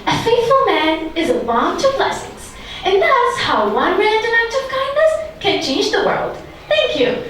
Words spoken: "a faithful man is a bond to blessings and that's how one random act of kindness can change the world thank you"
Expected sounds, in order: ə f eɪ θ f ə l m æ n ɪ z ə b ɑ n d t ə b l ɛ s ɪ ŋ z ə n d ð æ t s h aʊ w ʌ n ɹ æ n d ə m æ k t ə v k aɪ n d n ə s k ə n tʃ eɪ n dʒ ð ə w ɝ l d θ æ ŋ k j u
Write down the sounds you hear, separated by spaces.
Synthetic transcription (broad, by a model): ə f eɪ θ f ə l m æ n ɪ z ə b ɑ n t ə b l ɛ s ɪ ŋ z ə n ð æ t s h aʊ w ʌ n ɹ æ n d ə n æ k t ə v k aɪ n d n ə s k ə n tʃ eɪ n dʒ ð ə w ɝ l d θ æ ŋ k j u